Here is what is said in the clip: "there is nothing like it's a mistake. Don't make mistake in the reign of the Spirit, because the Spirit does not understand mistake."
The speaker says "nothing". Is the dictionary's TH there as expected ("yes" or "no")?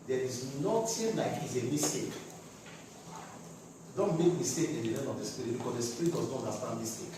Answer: no